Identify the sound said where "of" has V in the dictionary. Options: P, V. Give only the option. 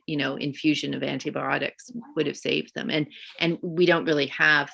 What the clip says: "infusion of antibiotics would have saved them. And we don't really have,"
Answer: V